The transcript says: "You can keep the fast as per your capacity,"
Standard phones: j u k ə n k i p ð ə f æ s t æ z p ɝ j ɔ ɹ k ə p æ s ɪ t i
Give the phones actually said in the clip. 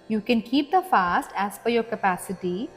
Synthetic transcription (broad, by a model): j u k ə n k i p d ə f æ s t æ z f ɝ j ɔ ɹ k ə p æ s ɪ t i